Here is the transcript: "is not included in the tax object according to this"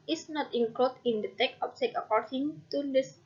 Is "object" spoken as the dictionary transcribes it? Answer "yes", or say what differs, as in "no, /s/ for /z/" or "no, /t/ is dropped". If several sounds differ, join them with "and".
no, /t/ is dropped